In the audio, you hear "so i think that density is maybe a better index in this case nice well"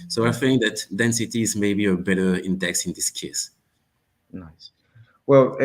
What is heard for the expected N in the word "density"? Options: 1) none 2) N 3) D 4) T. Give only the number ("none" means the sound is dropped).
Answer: 2